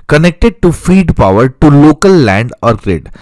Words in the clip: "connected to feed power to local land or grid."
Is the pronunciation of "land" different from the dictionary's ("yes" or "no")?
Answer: no